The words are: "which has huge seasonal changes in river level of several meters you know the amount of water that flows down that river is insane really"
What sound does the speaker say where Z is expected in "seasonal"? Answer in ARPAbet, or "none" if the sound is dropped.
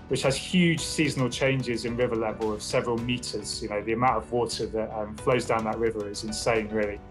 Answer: Z